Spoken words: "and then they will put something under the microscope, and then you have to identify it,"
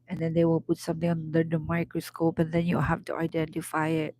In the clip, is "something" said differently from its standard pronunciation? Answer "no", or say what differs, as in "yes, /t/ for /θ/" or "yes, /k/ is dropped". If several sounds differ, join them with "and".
yes, /t/ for /θ/